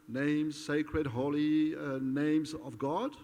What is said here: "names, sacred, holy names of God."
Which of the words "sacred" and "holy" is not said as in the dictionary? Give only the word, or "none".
none